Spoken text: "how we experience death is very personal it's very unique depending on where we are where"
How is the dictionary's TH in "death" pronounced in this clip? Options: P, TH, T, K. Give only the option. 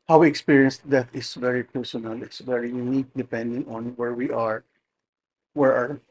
T